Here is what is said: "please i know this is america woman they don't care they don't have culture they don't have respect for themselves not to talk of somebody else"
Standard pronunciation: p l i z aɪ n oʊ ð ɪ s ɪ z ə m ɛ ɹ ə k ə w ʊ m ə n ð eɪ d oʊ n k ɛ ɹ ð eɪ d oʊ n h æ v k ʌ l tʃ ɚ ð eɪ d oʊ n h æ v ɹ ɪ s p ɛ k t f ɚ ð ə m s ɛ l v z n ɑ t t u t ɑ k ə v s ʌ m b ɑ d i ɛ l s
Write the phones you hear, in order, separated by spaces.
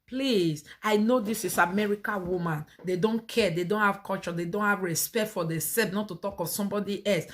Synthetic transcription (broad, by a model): p l i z aɪ n oʊ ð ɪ s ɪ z ə m ɛ ɹ ə k ə w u m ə n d eɪ d oʊ n k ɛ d eɪ d oʊ n h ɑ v k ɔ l tʃ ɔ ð eɪ d oʊ n h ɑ v ɹ ɪ s p ɛ k t f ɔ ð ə s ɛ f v n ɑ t t u t ɑ k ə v s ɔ m b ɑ d i ɛ l s